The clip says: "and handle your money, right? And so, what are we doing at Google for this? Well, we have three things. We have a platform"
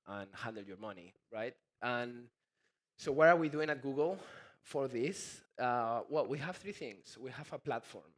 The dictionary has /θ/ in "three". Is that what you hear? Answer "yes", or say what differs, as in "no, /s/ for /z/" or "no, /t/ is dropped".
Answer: yes